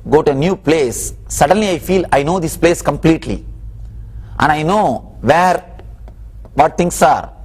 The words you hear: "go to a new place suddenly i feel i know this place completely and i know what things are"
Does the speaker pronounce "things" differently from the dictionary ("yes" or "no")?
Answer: yes